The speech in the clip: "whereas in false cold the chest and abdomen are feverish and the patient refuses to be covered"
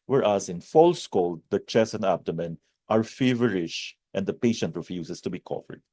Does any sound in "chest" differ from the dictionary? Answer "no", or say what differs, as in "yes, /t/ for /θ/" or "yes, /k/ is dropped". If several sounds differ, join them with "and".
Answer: yes, /t/ is dropped